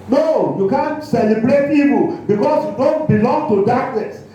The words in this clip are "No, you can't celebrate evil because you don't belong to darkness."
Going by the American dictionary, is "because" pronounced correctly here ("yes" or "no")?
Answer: no